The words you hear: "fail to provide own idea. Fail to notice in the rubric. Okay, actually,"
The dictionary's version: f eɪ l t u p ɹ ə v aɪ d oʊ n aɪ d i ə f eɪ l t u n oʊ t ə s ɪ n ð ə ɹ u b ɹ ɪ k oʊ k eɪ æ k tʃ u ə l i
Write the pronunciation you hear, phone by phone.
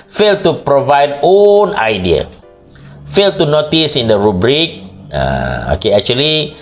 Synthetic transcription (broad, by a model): f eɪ l t u p ɹ ə v aɪ d oʊ n aɪ d i ə f eɪ l t u n oʊ t ə s ɪ n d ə ɹ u b ɹ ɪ k oʊ k eɪ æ k tʃ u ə l i